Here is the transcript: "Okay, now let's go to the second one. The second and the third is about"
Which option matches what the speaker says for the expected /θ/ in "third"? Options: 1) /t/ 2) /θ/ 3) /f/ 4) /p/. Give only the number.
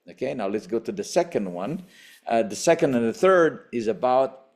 2